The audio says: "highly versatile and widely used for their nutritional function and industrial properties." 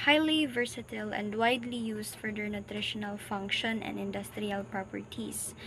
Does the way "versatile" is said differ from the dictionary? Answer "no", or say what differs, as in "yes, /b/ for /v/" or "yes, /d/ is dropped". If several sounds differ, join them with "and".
no